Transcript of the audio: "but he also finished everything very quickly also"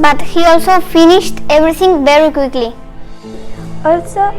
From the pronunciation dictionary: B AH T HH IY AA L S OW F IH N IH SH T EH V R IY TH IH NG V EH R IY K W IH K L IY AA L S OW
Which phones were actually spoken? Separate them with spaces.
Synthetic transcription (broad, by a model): B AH T HH IY AA L S OW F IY N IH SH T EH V R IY T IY NG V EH R IY K W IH K L IY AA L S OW